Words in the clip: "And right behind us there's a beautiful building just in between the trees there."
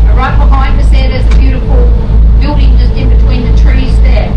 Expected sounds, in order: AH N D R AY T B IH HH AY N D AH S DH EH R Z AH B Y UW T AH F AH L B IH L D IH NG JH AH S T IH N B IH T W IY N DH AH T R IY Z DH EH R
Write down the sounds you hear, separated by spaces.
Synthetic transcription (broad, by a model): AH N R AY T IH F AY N AH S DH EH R Z AH B Y UW T AH F AH L B IH L D IH NG JH AH S T IH N B IH T W IY N DH AH T R IY Z DH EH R